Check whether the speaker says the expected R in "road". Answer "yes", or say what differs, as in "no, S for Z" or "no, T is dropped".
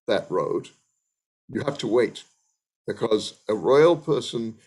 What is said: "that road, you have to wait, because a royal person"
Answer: yes